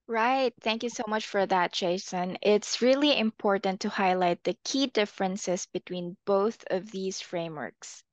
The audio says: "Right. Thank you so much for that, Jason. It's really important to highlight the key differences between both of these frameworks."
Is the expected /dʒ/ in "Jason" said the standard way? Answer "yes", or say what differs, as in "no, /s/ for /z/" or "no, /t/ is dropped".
no, /tʃ/ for /dʒ/